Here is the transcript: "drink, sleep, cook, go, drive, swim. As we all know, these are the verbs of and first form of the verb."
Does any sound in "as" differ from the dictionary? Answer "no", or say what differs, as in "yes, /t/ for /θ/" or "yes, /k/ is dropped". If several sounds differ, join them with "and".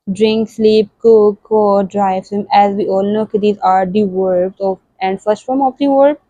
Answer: no